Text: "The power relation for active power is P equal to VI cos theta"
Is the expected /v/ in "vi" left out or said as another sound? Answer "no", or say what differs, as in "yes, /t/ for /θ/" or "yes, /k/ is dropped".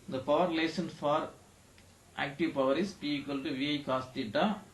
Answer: no